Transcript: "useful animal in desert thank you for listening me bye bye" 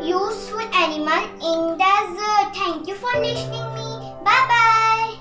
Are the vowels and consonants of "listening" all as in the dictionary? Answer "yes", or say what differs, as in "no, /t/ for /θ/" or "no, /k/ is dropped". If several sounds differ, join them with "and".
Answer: no, /n/ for /l/